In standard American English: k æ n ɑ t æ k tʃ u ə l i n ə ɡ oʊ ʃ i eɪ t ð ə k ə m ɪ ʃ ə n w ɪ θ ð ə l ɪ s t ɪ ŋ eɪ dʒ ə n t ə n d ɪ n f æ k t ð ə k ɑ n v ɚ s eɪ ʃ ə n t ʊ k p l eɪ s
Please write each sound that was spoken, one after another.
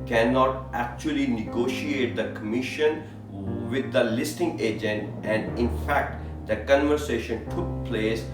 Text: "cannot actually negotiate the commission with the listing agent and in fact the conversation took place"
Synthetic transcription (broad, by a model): k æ n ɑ t æ k tʃ u ə l i n ə ɡ oʊ ʃ i eɪ t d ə k ə m ɪ ʃ ə n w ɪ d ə l ɪ s t ɪ ŋ eɪ dʒ ə n t ə n d ɪ n f æ k t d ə k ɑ n v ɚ s eɪ ʃ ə n t ʊ k p l eɪ s